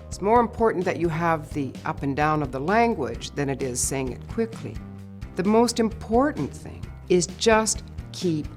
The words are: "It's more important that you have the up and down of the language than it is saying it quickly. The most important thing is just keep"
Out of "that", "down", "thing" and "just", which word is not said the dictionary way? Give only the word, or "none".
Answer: none